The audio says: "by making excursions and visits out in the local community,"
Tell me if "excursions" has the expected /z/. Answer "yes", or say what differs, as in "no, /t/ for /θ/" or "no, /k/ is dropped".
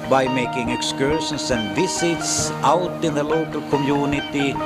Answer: no, /s/ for /z/